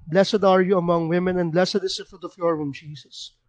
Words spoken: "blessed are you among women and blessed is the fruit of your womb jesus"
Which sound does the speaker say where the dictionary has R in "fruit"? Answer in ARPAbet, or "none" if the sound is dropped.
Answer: none